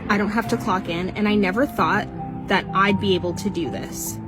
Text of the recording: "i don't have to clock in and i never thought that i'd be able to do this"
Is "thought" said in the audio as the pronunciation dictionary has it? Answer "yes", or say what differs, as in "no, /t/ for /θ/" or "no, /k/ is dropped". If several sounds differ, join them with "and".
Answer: yes